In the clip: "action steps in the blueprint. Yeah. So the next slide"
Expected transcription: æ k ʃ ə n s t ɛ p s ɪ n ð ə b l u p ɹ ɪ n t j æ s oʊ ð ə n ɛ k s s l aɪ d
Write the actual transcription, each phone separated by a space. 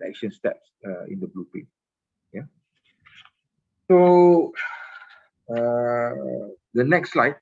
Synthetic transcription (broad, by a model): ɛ k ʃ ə n s t ɛ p s ɪ n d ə b l u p ɛ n j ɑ s oʊ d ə n ɛ k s s l aɪ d